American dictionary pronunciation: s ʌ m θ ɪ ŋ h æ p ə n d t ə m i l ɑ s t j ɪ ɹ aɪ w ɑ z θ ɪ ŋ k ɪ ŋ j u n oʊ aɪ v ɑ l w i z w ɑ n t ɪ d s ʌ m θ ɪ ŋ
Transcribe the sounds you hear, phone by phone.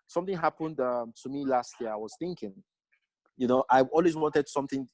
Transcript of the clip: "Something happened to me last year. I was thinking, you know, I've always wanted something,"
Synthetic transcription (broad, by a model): s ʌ m θ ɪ ŋ h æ p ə n d t ə m i l ɑ s t j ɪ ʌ aɪ w ɑ z θ ɪ ŋ k ɪ ŋ j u n oʊ aɪ ɑ l w i z w ɑ n t ɪ d s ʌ m θ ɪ ŋ